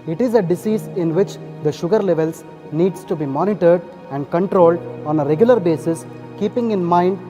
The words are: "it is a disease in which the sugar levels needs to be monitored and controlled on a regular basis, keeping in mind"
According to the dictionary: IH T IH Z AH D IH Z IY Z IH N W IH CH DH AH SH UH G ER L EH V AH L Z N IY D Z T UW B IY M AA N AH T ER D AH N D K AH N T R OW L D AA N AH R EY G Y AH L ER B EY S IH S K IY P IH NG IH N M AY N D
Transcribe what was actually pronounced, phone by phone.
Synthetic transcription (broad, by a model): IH T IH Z AH D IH S IY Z IH N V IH CH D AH SH UH G ER L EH V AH L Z N IY D S T UW B IY M AA N AH T ER D AH N D K AH N T R OW L D AA N AH R EY G Y AH L ER B EY S IH S K IY P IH NG IH N M AY N D